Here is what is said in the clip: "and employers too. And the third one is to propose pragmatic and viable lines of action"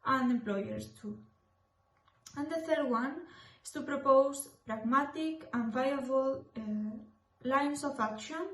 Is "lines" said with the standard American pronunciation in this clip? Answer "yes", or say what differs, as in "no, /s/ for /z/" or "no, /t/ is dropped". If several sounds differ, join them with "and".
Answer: no, /s/ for /z/